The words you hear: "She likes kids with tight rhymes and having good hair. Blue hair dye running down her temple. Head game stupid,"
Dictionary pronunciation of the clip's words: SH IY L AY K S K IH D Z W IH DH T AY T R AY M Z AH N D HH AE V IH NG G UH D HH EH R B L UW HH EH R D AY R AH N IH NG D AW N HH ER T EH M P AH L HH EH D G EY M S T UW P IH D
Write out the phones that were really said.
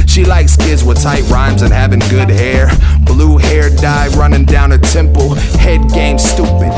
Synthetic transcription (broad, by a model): SH IY L AY K S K IH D Z W IH DH T AY T R AY M Z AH N HH AE V IH NG G UH D HH EH R B L UW HH EH R D AY R AH N IH NG D AW N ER T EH M P L HH EH D G EY M S T UW P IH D